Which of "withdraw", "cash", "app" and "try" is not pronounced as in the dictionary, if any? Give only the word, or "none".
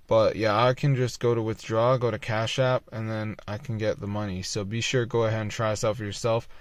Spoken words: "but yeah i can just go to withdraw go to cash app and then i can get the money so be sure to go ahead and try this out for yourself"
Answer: none